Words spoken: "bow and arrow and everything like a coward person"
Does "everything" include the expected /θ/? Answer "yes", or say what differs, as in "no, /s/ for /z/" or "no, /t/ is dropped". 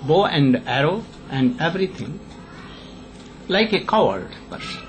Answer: no, /t/ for /θ/